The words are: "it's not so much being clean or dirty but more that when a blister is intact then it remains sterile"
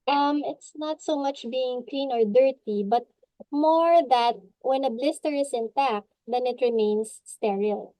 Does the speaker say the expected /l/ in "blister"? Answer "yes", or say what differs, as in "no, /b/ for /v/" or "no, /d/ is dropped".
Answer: yes